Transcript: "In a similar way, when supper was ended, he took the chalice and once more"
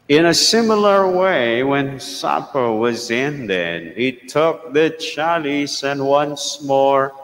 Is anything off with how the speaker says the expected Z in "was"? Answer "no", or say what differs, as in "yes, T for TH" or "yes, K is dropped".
no